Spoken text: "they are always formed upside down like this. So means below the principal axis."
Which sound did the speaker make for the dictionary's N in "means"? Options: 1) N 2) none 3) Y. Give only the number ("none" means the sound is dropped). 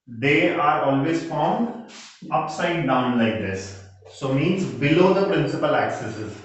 1